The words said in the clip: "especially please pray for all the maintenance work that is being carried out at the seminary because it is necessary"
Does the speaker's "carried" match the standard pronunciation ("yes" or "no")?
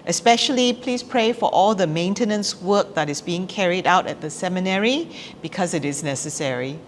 yes